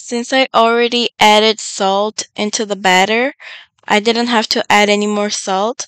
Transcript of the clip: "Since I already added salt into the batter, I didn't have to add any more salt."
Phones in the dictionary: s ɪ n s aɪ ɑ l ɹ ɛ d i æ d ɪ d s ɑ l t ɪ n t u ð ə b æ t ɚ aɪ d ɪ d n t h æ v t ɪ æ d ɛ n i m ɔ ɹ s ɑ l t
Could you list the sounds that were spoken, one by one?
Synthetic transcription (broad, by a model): s ɪ n s aɪ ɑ l ɹ ɛ d i æ d ɪ d s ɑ l t ɪ n t u ð ə b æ t ɚ aɪ d ɪ d n t h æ f t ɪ æ d ɛ n i m ɔ ɹ s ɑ l t